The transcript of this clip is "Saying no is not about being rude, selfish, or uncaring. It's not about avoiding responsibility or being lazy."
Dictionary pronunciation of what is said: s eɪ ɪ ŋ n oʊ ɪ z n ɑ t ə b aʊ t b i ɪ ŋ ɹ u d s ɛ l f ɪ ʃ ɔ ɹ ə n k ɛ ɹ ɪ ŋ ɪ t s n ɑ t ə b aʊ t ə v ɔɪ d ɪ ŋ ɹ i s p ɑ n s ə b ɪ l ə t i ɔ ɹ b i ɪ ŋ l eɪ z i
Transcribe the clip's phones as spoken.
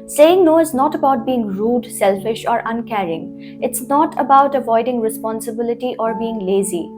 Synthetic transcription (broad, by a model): s eɪ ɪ ŋ n oʊ ɪ z n ɑ t ə b aʊ t b i ɪ ŋ ɹ u d s ɛ l f ɪ ʃ ɔ ɹ ə n k ɛ ɹ ɪ ŋ ɪ t s n ɑ t ə b aʊ t ə v ɔɪ d ɪ ŋ ɹ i s p ɑ n s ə b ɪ l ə t i ɔ ɹ b i ɪ ŋ l eɪ z i